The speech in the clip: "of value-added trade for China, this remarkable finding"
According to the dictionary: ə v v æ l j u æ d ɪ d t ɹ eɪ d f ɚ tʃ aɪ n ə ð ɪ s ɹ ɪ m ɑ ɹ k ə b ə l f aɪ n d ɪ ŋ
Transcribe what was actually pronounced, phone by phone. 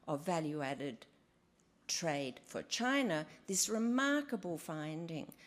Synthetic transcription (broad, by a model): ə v v æ l j u æ d ɪ d t ɹ eɪ d f ɚ tʃ aɪ n ə ð ɪ s ɹ ɪ m ɑ ɹ k ə b ə l f aɪ n d ɪ ŋ